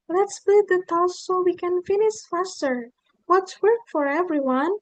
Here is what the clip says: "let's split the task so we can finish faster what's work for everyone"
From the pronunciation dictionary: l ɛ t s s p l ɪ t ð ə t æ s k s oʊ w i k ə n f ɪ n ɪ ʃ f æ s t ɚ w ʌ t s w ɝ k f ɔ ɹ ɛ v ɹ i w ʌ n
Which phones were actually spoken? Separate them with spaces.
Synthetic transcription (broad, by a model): l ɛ t s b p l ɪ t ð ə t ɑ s s oʊ w i k ə n f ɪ n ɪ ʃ f æ s t ɚ w ʌ t s w ɝ k f ɔ ɹ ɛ v ɹ i w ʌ n